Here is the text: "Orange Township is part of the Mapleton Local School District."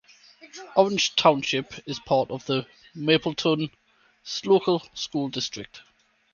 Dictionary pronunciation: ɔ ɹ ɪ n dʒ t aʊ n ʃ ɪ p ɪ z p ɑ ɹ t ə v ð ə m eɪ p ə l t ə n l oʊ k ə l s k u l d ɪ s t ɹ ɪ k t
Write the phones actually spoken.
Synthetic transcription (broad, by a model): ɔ ɹ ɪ n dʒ t aʊ n ʃ ɪ p ɪ z p ɑ t ə v ð ə m eɪ p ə l t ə n l oʊ k ə l s k u l d ɪ s t ɹ ɪ k t